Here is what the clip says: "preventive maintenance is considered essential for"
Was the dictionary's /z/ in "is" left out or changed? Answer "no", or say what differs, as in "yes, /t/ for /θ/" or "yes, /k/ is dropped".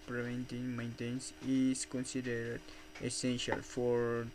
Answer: yes, /s/ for /z/